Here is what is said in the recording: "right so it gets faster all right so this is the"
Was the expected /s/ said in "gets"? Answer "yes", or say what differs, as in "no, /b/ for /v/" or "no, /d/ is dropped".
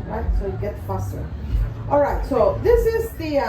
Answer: no, /s/ is dropped